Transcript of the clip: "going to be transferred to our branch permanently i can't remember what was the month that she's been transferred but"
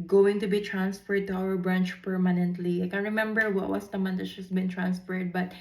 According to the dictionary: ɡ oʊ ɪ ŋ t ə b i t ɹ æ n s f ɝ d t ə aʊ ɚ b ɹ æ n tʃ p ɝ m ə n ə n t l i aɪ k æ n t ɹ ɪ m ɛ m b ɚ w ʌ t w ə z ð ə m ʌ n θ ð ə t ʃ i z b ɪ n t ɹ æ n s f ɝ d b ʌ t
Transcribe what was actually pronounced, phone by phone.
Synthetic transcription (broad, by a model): ɡ oʊ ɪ ŋ t ə b i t ɹ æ n s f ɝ d t ə aʊ ɚ b ɹ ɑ n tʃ p ɝ m ə n ə n t l i aɪ k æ n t ɹ ɪ m ɛ m b ɚ w ʌ t w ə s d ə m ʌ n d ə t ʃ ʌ s b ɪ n t ɹ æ n s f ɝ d b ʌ t